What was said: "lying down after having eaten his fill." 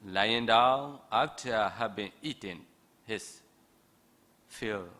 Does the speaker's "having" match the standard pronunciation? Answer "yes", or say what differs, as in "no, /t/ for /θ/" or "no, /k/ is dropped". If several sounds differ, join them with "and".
no, /b/ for /v/